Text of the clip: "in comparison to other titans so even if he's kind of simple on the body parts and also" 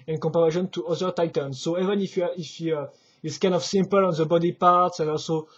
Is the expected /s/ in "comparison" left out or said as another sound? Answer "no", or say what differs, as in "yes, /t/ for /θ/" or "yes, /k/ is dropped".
yes, /ʃ/ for /s/